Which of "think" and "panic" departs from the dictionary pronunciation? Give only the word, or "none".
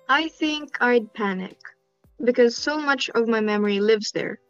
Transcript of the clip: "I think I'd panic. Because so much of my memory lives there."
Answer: none